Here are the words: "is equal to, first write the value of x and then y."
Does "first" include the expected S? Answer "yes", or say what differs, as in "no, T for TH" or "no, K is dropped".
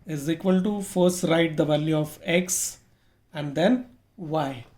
yes